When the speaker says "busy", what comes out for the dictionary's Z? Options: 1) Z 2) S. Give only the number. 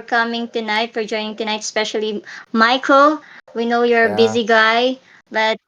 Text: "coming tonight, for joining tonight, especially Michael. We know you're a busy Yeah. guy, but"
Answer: 1